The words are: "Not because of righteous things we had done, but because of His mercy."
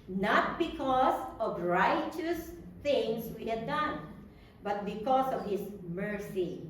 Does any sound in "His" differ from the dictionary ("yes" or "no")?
yes